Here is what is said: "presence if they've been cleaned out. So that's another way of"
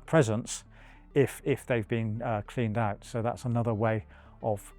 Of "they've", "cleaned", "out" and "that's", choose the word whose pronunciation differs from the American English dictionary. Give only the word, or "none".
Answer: none